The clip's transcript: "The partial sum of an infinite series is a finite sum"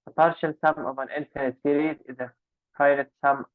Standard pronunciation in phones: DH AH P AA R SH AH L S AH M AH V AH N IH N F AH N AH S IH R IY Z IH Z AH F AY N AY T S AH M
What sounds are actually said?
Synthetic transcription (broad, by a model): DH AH P AA R SH AH L S AH M AH V AH N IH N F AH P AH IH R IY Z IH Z AH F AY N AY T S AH M